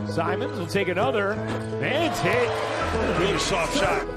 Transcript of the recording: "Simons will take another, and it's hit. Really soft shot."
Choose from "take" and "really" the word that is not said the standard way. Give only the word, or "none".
really